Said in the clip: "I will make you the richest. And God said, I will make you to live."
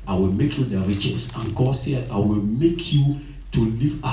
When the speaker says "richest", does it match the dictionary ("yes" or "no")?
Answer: no